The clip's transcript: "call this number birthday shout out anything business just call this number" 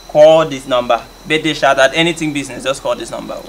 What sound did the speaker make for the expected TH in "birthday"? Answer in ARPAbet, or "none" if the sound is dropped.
T